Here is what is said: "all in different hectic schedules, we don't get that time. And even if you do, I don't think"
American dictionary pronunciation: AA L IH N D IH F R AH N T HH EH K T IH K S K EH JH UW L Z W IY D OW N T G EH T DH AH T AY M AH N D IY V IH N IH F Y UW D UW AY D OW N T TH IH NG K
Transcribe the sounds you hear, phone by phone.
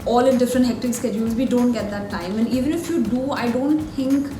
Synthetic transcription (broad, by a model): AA L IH D IH F R AH N T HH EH K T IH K S K EH JH UW L Z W IY D OW N T G EH T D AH T AY M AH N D IY V IH N IH F Y UW D UW AY D OW N T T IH NG K